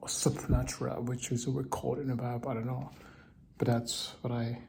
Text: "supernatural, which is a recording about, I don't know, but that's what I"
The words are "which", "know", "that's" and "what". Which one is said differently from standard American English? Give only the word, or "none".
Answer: none